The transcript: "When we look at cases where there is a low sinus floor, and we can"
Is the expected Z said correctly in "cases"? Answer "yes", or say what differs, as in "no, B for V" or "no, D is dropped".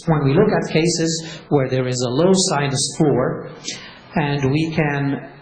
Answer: yes